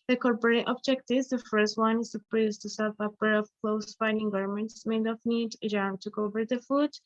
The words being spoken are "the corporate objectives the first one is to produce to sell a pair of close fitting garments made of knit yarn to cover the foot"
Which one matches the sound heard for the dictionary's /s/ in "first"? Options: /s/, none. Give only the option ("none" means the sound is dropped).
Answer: /s/